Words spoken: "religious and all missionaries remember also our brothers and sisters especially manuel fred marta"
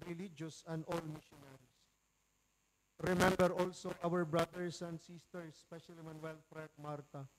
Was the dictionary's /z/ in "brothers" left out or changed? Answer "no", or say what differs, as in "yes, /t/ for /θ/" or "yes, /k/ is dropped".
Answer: yes, /s/ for /z/